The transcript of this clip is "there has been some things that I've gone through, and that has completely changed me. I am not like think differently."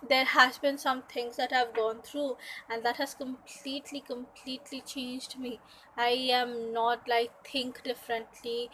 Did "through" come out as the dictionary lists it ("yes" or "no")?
no